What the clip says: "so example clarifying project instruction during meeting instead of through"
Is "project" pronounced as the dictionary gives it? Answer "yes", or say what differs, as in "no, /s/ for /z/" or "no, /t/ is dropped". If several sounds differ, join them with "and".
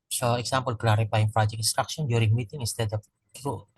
no, /t/ is dropped